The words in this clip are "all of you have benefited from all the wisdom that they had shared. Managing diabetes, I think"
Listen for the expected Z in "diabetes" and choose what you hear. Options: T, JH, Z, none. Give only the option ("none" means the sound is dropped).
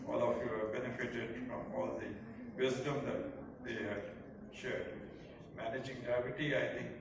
none